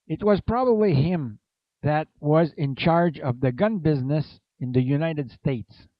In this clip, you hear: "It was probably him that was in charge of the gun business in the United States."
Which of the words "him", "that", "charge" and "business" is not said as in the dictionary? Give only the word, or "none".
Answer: none